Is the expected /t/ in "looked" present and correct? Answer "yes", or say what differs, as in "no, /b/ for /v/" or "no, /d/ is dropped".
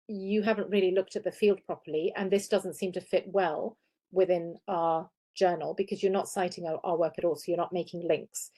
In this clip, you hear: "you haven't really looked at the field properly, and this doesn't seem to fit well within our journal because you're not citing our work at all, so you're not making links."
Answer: yes